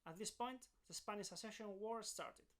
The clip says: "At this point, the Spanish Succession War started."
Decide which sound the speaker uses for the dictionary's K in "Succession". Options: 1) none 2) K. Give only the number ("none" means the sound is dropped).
1